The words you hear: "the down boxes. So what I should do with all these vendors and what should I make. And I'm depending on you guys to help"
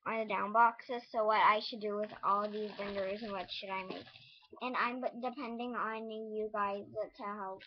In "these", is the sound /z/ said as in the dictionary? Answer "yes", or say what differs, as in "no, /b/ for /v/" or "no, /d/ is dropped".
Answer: yes